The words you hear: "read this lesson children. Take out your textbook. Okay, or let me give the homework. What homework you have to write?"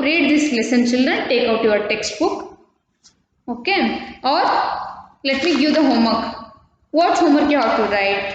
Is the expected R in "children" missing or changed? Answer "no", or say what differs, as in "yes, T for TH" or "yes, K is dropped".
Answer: no